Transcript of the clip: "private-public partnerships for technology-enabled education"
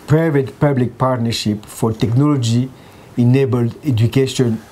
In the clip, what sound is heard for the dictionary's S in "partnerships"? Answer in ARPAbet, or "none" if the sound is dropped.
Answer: none